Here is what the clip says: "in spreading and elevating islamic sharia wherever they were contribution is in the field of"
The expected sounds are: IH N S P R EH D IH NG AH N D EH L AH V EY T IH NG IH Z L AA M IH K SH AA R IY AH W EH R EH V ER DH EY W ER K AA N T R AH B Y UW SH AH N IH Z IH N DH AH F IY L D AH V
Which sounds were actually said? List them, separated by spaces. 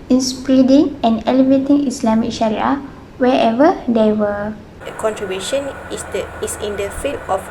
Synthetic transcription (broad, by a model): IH N S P R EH D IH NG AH N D EH L AH V EY T IH NG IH S L AA M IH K SH AA R IY AH W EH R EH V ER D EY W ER K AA N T R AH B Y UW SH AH N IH S IH N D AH F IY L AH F